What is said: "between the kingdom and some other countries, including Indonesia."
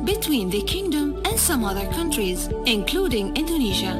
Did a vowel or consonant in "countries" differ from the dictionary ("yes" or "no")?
no